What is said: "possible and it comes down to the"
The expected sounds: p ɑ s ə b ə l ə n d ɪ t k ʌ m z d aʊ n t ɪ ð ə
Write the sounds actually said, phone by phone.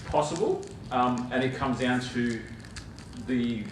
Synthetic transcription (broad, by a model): p ɑ s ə b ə l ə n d ɪ t k ʌ m z d aʊ n t ɪ ð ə